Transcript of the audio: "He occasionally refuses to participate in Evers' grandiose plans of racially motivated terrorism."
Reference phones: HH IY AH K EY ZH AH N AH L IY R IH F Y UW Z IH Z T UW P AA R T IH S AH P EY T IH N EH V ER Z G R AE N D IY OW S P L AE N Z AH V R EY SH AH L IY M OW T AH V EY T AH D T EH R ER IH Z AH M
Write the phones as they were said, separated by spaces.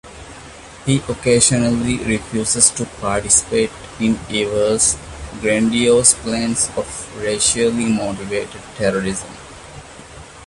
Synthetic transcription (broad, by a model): HH IY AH K EY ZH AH N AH L IY R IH F Y UW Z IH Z T UW P AA R T IH S AH P EY T IH N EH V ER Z G R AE N D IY OW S P L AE N S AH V R EY SH AH L IY M OW T AH V EY T AH D T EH R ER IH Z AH M